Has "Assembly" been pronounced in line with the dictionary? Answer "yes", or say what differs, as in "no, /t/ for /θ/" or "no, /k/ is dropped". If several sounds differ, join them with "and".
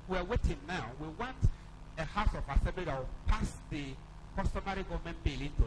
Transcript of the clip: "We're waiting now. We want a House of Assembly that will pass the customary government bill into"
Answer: no, /m/ is dropped